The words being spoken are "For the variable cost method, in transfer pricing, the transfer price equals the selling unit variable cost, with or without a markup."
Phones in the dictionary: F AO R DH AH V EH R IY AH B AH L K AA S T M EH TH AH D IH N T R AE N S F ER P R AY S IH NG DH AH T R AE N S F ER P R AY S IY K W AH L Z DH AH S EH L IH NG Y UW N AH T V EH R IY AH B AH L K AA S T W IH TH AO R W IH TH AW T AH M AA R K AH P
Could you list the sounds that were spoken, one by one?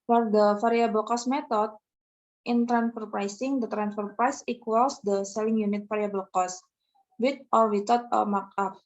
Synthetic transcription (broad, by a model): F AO R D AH F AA R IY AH B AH L K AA S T M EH T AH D IH N T R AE N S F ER P R AY S IH NG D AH T R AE N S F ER P R AY S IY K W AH L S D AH S EH L IH NG Y UW N AH T F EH R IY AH B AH L K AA S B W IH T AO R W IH T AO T AH M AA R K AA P